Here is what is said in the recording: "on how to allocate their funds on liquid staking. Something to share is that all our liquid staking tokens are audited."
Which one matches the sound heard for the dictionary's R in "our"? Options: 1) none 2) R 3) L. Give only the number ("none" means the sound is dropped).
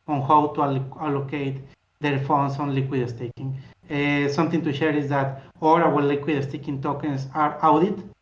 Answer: 3